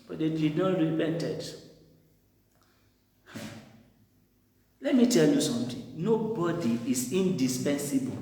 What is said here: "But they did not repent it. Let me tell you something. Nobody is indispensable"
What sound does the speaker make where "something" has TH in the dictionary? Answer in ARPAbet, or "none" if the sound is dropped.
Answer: T